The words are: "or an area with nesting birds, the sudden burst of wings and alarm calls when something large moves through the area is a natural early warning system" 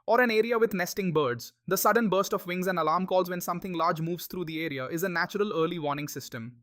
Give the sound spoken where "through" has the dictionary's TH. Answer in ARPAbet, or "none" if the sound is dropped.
T